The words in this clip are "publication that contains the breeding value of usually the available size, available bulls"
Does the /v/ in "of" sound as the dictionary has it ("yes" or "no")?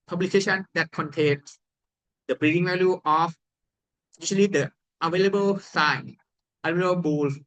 no